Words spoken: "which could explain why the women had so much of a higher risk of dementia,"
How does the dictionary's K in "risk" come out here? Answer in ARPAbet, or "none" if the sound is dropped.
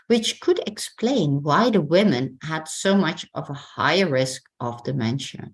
K